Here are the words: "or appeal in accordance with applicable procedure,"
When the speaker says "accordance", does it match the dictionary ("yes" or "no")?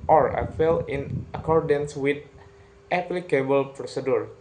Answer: yes